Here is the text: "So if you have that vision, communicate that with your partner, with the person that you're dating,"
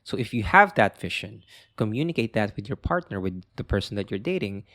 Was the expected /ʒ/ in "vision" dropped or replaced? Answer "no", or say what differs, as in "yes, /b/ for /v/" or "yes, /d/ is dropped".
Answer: yes, /ʃ/ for /ʒ/